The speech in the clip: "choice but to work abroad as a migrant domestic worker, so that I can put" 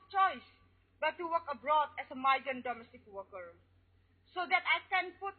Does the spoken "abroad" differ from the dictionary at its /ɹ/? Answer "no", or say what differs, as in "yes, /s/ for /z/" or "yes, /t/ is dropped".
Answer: no